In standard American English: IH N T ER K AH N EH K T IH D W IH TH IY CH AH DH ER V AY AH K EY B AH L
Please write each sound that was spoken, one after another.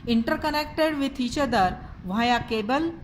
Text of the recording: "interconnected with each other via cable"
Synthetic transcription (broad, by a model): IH N T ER K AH N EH K T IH D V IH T IY CH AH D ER V AY AH K EY B AH L